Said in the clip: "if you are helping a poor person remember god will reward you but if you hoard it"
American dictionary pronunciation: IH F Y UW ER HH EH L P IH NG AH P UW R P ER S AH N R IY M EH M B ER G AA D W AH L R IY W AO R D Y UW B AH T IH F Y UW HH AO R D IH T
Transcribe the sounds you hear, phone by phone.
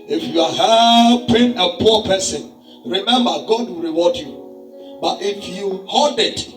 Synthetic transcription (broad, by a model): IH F Y UW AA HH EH P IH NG AH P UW P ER S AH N R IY M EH M B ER G AA D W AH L R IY W AO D Y UW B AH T IH F Y UW HH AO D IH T